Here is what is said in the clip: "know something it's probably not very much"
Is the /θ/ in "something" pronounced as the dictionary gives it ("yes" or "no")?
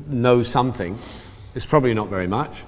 yes